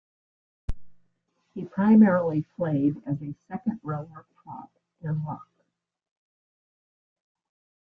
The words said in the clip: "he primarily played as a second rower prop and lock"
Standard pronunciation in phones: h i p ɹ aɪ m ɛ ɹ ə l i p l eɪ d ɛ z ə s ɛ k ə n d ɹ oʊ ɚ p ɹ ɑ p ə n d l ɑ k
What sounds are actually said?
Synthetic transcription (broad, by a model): h i p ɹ aɪ m ɛ ɹ l i f l eɪ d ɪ z ə s ɛ k ə n d ɹ oʊ ɚ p ɑ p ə n l ɑ k